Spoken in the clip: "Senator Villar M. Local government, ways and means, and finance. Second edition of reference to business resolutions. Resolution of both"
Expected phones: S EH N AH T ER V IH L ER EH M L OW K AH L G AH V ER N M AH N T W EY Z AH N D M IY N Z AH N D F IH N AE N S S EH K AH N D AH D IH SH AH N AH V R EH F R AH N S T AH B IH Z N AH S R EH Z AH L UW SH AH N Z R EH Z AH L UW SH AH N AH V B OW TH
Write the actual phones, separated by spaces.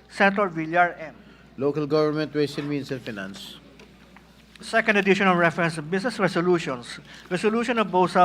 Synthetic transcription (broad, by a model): S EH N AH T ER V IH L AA EH M L OW K AH L G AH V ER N M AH N T W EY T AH N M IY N S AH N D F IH N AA N S S EH K AH N D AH D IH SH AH N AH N R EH F R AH N S B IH S N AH S R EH S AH L UW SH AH N S R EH S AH L UW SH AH N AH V B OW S